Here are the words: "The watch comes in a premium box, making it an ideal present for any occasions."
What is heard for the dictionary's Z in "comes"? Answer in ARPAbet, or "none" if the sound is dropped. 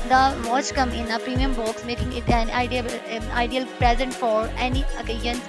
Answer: none